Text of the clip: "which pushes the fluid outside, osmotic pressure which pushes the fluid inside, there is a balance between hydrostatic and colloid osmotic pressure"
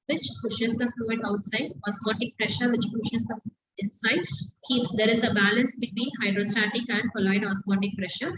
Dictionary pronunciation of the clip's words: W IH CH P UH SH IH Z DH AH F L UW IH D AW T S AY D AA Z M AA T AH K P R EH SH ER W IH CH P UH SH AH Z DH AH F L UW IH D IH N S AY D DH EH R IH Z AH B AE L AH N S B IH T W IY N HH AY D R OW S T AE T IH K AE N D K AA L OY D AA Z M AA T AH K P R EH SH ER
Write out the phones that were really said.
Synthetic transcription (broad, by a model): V IH CH P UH SH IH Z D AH F L UW IH D AW T S AY D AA S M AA T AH K P R EH SH ER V IH CH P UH SH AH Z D AH F L UW IH D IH N S AY D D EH R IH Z AH B AE L AH N S B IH T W IY N HH AY D R OW S T AE T IH K AE N D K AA L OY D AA S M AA T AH K P R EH SH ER